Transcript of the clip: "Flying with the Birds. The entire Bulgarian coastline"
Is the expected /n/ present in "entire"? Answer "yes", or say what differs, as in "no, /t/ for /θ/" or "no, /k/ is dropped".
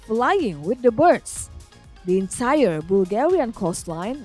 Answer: yes